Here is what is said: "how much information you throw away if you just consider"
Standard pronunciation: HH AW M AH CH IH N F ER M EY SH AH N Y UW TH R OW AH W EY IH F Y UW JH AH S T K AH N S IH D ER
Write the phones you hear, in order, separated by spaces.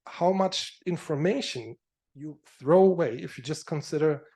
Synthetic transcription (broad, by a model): HH AW M AH CH IH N F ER M EY SH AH N Y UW TH R OW AH W EY IH F Y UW JH AH S T K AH N S IH D ER